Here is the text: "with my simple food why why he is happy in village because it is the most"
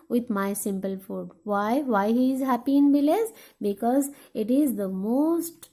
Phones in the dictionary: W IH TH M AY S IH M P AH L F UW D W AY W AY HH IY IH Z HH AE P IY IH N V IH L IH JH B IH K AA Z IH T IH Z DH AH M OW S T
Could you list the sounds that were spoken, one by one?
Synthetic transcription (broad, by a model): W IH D M AY S IH M P AH L F UW D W AY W AY HH IY IH Z HH AE P IY IH N B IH L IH Z B IH K AA Z IH T IH Z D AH M OW S T